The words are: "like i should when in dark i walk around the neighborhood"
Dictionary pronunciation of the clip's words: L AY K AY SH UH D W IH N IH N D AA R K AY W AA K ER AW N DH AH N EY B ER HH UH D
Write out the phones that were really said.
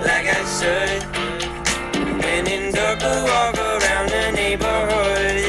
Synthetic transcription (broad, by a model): L AY K AY S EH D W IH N IH N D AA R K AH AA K ER AW N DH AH N EY B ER HH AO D